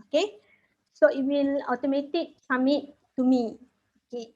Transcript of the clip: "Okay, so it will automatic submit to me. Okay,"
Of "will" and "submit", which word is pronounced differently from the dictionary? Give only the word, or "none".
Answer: submit